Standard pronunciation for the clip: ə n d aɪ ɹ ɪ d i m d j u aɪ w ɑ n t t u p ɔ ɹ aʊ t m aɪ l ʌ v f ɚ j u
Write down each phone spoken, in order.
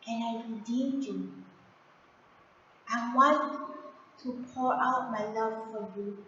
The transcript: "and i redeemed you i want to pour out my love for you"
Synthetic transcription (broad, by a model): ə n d aɪ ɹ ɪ d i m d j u aɪ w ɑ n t t u p ɔ ɹ aʊ t m aɪ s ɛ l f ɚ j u